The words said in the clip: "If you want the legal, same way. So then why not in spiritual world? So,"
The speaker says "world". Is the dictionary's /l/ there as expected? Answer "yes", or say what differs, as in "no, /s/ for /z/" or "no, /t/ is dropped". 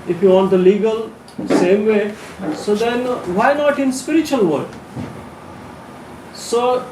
no, /l/ is dropped